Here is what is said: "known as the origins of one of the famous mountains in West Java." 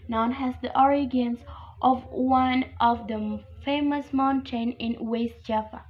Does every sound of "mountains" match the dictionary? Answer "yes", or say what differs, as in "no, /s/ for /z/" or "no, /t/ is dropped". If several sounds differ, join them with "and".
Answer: no, /z/ is dropped